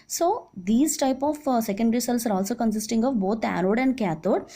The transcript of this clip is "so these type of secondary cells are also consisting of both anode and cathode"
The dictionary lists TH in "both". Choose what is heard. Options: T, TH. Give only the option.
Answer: T